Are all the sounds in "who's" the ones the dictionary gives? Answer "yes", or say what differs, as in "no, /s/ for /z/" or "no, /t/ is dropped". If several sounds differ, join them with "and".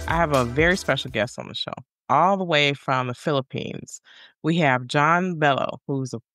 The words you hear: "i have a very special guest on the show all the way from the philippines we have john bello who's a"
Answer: yes